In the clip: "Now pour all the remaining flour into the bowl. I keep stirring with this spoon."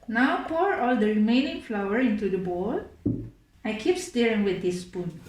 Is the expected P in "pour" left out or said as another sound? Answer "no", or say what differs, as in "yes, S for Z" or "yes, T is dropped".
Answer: no